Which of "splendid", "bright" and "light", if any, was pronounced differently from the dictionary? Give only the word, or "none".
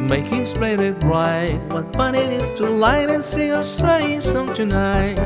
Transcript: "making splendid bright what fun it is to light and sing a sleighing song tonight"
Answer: splendid